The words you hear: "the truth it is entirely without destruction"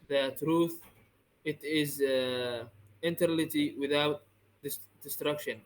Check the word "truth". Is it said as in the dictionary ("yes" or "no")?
yes